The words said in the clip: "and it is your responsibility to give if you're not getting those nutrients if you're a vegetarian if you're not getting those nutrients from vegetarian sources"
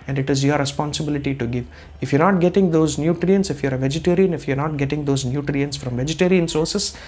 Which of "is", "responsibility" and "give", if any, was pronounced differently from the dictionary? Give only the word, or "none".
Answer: none